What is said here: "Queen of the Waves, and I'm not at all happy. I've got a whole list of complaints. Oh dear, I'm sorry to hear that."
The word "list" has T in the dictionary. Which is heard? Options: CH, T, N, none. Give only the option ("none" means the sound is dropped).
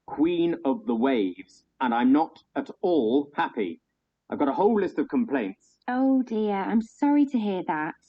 T